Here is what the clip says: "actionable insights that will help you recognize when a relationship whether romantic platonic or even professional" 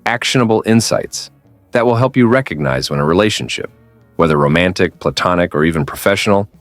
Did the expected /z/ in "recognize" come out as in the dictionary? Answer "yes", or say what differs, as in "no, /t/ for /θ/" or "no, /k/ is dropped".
yes